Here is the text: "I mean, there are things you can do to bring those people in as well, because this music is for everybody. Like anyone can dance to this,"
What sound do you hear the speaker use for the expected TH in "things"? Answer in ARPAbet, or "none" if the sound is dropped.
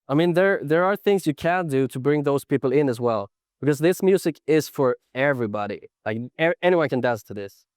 TH